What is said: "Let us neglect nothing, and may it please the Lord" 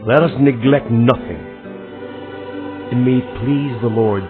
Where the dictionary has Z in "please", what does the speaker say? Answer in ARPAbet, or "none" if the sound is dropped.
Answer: Z